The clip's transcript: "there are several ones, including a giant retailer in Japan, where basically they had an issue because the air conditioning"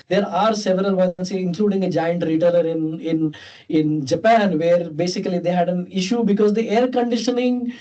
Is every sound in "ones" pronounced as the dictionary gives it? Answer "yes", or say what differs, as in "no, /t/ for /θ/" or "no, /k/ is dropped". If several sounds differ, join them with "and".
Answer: no, /s/ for /z/